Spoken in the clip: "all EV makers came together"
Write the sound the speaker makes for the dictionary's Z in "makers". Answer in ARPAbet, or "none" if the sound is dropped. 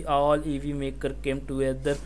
none